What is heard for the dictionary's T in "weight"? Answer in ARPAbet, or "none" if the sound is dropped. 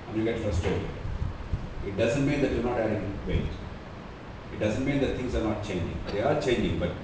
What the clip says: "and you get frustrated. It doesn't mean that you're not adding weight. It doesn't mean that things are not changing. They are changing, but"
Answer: none